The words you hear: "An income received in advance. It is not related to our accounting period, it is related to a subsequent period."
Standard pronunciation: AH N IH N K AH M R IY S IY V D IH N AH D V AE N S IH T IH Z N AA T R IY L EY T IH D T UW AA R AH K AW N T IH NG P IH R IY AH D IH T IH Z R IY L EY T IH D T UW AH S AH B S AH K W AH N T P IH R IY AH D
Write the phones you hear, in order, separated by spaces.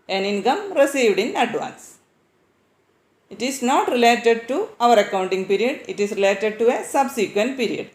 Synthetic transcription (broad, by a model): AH N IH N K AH M R IY S IY V D IH N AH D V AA N S IH T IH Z N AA T R IY L EY T IH D T UW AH R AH K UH N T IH NG P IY R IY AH D IH T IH S R IY L EY T IH D T UW AH S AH B S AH K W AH N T P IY R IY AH D